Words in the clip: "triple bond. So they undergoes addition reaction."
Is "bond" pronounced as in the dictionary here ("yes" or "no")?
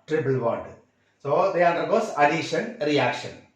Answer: no